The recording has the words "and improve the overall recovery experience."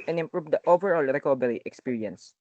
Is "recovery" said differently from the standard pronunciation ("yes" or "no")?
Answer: yes